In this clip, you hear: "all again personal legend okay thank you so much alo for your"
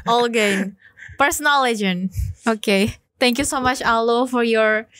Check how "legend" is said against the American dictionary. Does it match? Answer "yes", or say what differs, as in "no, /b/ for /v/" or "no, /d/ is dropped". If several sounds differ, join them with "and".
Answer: no, /d/ is dropped